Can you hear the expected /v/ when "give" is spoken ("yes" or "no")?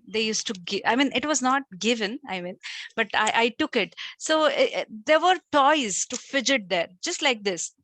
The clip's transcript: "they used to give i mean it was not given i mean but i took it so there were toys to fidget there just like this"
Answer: no